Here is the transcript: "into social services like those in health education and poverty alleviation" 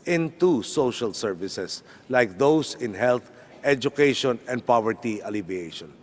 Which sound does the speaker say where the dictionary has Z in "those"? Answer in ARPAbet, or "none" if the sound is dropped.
S